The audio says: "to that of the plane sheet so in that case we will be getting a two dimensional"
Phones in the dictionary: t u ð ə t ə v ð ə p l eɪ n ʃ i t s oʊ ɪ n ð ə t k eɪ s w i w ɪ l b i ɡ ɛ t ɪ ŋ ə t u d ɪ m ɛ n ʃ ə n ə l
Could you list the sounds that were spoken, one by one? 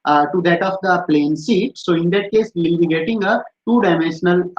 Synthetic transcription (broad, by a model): t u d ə t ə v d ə p l eɪ n s i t s oʊ ɪ n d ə t k eɪ s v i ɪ l b i ɡ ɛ t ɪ ŋ ə t u d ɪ m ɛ n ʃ ə n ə l